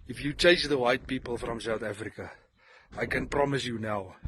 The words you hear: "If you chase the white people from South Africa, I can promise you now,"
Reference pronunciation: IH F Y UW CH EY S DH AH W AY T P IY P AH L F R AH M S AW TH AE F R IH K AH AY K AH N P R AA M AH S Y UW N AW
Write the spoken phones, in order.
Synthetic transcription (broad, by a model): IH F Y UW CH EY S DH AH W AY T P IY P AH L F R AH M S AW TH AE F R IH K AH AY K AH N P R AA M AH S Y UW N AW